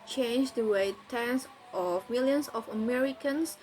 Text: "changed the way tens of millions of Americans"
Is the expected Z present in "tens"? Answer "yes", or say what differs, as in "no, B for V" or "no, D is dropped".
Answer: no, S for Z